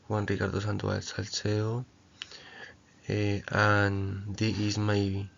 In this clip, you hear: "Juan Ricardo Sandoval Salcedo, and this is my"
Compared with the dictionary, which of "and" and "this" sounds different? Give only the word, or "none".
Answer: this